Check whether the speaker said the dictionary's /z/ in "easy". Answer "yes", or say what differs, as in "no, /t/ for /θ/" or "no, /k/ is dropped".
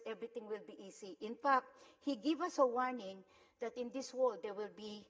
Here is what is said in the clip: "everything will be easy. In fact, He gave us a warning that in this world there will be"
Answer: no, /s/ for /z/